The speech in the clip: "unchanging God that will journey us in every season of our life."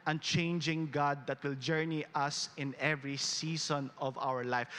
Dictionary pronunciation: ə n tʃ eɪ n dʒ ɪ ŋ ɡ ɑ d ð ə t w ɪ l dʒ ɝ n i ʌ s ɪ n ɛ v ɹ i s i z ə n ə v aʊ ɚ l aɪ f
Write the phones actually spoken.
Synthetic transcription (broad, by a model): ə n tʃ eɪ n dʒ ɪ ŋ ɡ ɑ d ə t w ɪ l dʒ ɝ n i ʌ s ɪ n ɛ v ɹ i s i s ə n ə v aʊ ɚ l aɪ f